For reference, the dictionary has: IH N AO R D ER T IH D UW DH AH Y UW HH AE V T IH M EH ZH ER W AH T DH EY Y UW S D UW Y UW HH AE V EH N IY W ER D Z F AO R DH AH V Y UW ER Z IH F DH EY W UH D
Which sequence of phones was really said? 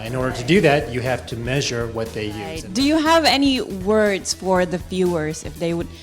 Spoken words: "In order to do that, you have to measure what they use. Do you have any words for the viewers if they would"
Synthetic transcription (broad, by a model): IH N AO R D ER T IH D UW DH AH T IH HH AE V T IH M EH ZH ER W AH T DH EY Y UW D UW Y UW HH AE V EH N IY W ER D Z F AO R DH AH F Y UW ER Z IH F DH EY W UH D